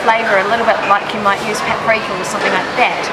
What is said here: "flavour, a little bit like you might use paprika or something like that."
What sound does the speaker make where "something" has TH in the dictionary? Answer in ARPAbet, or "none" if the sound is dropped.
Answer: TH